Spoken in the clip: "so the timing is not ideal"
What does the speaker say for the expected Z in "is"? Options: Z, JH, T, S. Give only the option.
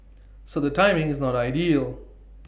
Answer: Z